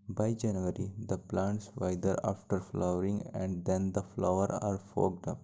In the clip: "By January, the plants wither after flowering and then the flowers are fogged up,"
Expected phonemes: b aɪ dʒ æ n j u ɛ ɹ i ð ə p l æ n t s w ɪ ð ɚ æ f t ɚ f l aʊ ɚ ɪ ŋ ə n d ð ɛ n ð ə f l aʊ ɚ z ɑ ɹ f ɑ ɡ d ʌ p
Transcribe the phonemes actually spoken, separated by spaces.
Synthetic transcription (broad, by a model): b aɪ dʒ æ n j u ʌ ɹ i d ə p l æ n t s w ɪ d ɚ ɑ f t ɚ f l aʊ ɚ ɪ ŋ ə n d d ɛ n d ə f l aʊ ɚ ɑ ɹ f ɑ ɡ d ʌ p